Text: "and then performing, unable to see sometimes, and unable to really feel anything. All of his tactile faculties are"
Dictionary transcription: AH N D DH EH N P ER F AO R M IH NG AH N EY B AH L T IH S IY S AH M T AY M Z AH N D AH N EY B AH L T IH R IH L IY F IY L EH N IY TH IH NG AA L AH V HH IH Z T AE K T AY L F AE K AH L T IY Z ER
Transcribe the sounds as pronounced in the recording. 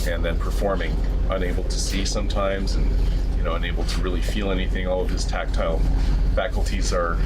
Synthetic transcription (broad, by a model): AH N DH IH N P ER F AO R M IH NG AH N EY B L T IH S IY S AH M T AY M Z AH N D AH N EY B L T IH R IH L IY F IY L EH N IY TH IH NG AA L AH V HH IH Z T AE K T AY L F AE K L T IY Z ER